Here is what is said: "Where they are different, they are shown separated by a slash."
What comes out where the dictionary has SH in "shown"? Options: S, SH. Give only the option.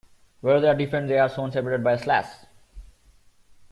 S